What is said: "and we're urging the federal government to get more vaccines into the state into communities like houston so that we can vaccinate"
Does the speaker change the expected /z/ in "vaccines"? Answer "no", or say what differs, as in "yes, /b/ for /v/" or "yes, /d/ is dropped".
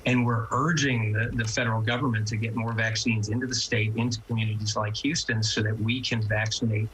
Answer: no